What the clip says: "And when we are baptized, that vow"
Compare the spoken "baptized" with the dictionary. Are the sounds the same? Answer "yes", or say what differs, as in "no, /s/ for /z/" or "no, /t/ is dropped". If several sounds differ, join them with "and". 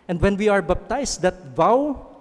no, /s/ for /z/